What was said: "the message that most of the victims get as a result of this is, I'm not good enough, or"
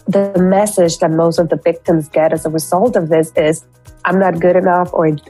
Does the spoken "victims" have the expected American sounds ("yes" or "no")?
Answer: yes